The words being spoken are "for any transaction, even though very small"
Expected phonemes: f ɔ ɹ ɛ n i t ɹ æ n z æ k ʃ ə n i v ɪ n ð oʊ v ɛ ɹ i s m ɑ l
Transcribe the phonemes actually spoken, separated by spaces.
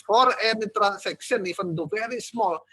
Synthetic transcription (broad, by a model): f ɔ ɹ ɛ n i t ɹ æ n s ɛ k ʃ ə n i f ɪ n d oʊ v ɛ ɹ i s m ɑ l